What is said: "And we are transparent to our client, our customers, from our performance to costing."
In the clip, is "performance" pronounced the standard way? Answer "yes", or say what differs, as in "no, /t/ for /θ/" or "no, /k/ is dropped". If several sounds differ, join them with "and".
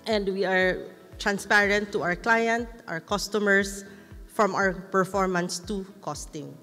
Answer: yes